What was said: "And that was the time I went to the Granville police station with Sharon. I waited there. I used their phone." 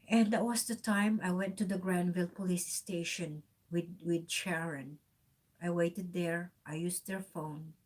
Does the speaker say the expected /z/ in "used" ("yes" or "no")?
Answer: no